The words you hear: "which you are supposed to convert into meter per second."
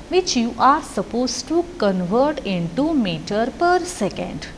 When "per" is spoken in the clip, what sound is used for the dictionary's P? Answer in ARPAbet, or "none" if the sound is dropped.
P